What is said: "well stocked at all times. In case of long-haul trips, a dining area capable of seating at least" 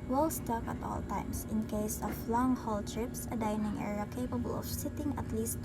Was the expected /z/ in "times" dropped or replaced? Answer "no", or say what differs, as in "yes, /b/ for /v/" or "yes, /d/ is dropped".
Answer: yes, /s/ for /z/